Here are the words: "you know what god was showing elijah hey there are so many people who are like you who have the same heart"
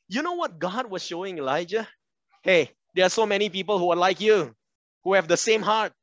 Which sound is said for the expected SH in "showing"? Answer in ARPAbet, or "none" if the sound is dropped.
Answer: SH